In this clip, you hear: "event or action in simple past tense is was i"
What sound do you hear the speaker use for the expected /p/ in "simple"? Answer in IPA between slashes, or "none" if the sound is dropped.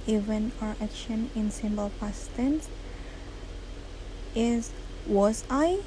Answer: /b/